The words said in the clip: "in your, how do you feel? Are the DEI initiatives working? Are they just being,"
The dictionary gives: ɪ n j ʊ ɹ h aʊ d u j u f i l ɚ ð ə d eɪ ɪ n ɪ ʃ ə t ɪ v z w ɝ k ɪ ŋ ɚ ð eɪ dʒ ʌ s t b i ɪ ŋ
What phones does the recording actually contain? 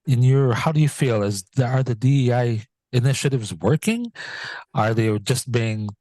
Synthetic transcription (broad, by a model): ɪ n j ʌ ɹ h aʊ d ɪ j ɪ f i l ɚ ð ə d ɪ ɪ n ɪ ʃ ə t ɪ v z w ɝ k ɪ ŋ ɚ ð eɪ dʒ ʌ s t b i ɪ ŋ